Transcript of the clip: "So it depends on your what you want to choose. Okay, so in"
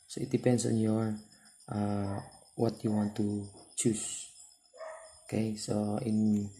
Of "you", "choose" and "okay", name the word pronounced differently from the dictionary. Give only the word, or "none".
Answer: choose